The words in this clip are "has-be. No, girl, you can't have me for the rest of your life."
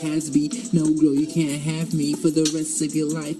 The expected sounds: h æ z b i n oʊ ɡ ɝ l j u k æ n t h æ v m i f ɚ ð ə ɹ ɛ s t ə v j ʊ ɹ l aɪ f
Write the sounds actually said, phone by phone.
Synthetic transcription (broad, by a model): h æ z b i n oʊ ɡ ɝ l j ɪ k æ n t h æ v m i f ɚ ð ə ɹ ɛ s t ə v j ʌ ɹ l aɪ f